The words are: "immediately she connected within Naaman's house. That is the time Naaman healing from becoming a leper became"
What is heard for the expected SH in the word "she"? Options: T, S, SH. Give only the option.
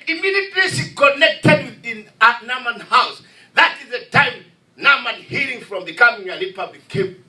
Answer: S